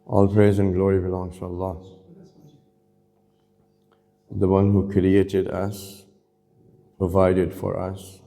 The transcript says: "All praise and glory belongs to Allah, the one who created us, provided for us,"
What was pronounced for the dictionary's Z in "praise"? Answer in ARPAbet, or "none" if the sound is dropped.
Z